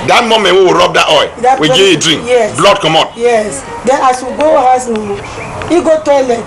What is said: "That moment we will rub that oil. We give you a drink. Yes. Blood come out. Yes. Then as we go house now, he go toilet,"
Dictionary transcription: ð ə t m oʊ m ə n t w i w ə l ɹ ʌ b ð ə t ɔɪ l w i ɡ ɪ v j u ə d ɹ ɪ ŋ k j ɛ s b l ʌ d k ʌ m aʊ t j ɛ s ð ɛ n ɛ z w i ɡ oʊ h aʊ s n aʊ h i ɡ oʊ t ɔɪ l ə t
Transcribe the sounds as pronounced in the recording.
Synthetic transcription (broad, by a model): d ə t m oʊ m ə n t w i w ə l ɹ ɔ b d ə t ɔɪ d w i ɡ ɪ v ə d ɹ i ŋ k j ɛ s b l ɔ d k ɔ m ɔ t j ɛ s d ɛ n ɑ s w i ɡ oʊ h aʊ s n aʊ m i ɡ oʊ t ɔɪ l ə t